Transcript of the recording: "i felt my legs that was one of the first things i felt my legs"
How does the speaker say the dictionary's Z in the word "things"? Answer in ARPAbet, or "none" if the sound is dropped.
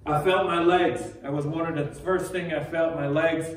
none